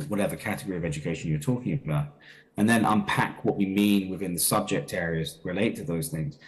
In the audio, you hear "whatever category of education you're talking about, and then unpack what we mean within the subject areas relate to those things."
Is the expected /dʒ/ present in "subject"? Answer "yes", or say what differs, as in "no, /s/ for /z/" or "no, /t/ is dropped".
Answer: yes